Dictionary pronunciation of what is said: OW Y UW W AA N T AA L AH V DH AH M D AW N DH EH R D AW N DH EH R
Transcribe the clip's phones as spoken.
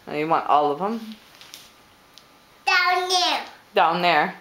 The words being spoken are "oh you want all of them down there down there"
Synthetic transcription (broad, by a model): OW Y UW W AA N T AA L AH V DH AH M D AW N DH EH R D AW N DH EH R